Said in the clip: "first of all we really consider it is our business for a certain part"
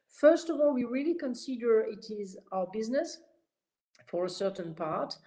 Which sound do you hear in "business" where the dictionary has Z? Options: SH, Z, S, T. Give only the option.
Z